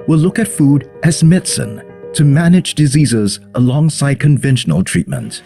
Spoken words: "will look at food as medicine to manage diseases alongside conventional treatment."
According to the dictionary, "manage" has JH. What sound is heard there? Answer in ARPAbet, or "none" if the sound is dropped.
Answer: JH